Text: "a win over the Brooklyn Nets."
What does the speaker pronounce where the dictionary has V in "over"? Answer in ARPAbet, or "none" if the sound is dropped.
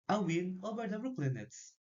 B